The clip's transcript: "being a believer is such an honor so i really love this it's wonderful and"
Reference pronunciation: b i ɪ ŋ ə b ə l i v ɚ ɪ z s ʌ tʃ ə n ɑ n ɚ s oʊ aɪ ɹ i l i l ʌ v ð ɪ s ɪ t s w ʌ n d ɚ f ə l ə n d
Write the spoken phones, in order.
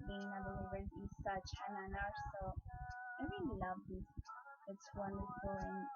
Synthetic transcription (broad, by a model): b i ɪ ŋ ə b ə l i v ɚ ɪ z s ʌ tʃ ə n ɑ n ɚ s oʊ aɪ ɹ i n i l ʌ v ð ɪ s ɪ t s w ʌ n d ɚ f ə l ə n